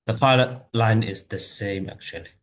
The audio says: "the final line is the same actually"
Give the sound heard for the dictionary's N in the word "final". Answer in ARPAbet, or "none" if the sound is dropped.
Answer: L